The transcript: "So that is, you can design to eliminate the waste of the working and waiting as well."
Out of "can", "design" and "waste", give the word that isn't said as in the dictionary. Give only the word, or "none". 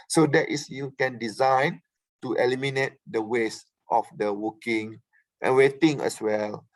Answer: none